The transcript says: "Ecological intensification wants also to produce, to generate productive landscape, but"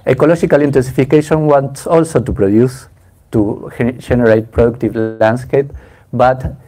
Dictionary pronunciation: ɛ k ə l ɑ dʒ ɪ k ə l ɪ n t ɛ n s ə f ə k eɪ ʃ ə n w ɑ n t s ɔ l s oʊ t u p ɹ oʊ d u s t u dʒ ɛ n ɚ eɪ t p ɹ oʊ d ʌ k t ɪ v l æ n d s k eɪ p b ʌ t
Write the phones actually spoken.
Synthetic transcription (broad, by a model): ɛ k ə l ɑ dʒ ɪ k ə l ɪ n t ɛ n s ə f ə k eɪ ʃ ə n w ɑ n t s ɔ l s oʊ t u p ɹ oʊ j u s t u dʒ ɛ n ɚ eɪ t p ɹ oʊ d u k t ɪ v l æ n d s k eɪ p b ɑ t